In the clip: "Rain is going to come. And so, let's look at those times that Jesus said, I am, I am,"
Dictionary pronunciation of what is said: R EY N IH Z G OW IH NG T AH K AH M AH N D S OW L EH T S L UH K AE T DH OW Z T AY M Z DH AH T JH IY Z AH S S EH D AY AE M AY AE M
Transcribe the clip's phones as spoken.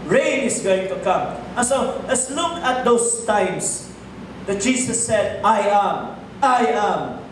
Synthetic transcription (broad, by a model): R EY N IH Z G OW IH NG T AH K AH M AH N S OW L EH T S L UH K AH T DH OW S T AY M S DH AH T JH IY S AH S S EH D AY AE M AY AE M